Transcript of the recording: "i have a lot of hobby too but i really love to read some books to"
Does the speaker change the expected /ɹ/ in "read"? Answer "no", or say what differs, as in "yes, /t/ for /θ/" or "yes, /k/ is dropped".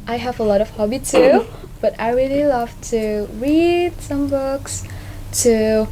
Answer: no